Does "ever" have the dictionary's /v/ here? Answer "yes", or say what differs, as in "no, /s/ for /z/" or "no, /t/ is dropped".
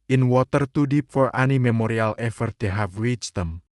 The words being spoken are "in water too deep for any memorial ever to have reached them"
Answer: no, /f/ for /v/